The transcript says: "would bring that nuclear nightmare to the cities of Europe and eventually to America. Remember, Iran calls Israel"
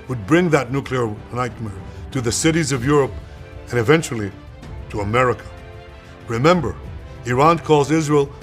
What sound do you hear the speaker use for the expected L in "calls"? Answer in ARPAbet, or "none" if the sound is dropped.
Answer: none